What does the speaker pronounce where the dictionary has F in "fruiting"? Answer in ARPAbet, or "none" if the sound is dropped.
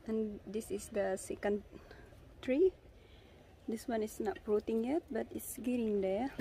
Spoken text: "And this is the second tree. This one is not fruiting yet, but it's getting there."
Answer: P